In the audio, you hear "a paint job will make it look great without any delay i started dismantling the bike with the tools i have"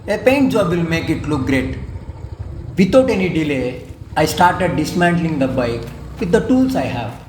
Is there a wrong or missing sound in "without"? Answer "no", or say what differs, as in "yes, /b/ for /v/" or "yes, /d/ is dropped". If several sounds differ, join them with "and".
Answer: yes, /t/ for /θ/